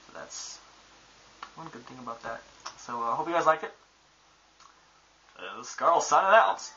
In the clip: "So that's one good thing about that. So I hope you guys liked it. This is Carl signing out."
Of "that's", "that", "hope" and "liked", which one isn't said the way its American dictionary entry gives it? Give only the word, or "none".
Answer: liked